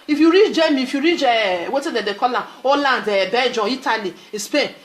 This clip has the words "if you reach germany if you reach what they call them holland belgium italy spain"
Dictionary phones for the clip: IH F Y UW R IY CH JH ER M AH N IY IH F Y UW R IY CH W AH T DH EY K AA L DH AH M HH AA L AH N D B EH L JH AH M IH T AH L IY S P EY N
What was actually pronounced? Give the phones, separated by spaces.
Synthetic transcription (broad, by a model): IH F Y UW R IY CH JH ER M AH IY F Y UW R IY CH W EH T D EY K AA L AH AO L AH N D B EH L JH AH IY T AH L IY S P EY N